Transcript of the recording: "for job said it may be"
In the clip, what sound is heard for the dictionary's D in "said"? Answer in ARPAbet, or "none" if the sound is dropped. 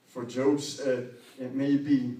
none